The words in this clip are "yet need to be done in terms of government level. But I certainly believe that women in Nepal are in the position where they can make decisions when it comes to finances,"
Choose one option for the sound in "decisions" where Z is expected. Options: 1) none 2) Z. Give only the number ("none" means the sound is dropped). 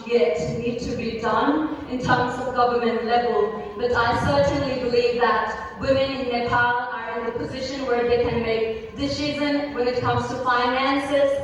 1